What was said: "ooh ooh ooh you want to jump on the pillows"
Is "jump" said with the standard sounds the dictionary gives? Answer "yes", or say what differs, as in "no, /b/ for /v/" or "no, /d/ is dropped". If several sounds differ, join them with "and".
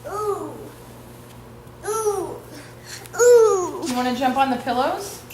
yes